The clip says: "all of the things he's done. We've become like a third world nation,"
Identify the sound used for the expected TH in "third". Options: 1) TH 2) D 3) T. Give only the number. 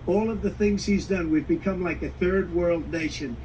1